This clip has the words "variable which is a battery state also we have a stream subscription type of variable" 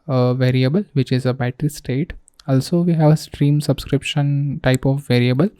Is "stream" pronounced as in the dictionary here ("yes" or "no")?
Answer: yes